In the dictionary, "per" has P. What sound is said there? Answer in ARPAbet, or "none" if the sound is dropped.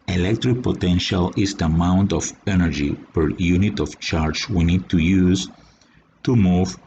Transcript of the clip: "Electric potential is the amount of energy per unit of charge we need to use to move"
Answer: P